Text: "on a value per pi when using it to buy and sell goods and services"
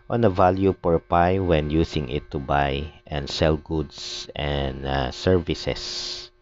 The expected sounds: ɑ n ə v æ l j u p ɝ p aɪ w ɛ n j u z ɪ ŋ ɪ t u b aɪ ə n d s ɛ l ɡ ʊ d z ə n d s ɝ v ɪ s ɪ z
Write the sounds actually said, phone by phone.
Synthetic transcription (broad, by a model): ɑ n ə v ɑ l j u p ɝ p aɪ w ɛ n j u s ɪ ŋ ɪ t u b aɪ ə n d s ɛ l ɡ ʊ d s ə n d s ɝ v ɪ s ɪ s